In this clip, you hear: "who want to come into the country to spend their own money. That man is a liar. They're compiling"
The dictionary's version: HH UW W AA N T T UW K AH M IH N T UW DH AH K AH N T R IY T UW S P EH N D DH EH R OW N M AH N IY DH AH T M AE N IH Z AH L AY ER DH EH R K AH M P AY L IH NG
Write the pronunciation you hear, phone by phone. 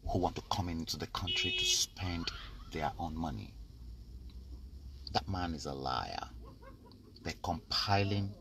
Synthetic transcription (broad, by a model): HH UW W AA N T T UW K AH M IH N T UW DH AH K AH N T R IY T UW S P EH N D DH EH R OW N M AH N IY DH AH T M AE N IH Z AH L AY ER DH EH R K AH M P AY L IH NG